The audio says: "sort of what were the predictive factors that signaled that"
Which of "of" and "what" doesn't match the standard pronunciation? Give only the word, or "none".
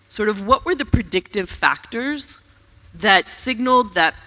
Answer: none